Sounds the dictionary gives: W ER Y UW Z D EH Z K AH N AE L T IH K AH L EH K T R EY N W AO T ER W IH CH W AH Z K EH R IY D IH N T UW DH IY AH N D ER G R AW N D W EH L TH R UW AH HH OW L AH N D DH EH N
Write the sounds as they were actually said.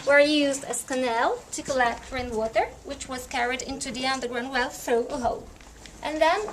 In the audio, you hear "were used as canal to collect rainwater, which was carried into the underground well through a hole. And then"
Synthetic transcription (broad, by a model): W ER Y UW Z D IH S K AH N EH L T IH K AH L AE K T R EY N W AO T ER W IH CH W AH Z K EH R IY D IH N T UW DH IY AH N D ER G R AW N D W EH L TH R UW AH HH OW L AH N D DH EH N